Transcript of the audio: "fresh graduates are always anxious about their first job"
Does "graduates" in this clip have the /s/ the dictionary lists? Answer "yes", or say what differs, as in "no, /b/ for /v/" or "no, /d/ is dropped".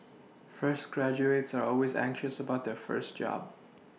yes